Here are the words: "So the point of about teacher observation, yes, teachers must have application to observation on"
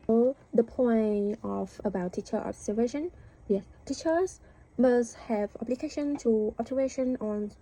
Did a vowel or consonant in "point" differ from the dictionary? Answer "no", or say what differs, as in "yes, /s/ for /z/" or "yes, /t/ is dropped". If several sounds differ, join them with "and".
yes, /t/ is dropped